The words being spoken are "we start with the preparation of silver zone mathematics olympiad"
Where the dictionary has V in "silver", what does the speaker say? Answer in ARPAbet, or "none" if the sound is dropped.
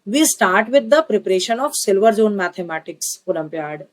V